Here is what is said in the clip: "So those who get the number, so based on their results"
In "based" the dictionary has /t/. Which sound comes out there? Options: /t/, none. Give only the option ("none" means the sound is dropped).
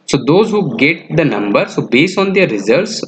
none